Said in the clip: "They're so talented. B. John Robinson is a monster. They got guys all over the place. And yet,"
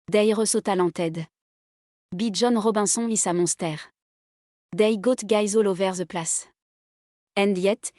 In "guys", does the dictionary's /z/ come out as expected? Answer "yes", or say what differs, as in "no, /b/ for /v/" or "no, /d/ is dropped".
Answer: yes